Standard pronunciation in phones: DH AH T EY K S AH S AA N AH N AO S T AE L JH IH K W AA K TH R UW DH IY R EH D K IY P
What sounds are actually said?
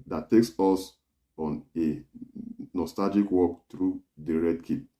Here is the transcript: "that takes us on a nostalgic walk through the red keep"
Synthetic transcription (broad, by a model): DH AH T EY K S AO S AA N AH N AO S T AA L JH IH K W AA K T R UW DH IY R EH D K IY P